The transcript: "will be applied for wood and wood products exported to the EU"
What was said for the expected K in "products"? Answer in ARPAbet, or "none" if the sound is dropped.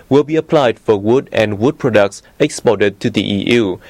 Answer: K